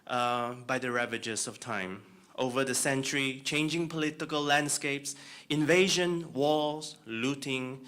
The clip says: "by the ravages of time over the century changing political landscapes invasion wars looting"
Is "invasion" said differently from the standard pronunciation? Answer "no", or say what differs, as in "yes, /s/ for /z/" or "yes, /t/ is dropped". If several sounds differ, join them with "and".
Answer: no